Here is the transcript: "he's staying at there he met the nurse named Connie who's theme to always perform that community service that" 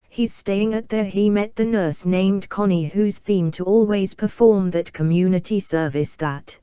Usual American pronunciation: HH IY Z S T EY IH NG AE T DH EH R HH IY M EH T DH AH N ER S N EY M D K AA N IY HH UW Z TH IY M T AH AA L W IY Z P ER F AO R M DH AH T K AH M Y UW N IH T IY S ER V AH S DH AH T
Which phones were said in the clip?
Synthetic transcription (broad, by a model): HH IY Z S T EY IH NG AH T DH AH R IY M EH T DH AH N ER S N EY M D K AA N IY HH UW Z TH IY M T AH AA L W IY Z P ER F AO R M DH AH T K AH M Y UW N IH T IY S ER V AH S DH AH T